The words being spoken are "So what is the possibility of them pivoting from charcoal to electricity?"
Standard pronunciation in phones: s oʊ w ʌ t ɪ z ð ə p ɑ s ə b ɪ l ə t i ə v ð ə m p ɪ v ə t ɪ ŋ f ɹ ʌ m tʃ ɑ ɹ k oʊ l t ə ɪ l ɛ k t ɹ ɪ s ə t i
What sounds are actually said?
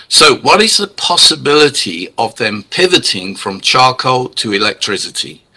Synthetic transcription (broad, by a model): s oʊ w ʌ t ɪ z ð ə p ɑ s ə b ɪ l ə t i ə v ð ə m p ɪ v ə t ɪ ŋ f ɹ ʌ m tʃ ɑ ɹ k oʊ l t ə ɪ l ɛ k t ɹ ɪ s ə t i